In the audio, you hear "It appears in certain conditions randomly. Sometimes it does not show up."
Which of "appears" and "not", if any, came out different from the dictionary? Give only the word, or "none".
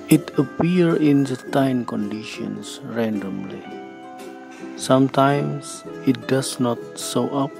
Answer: appears